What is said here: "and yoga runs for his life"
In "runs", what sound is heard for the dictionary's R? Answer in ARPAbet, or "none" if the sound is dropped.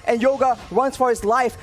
W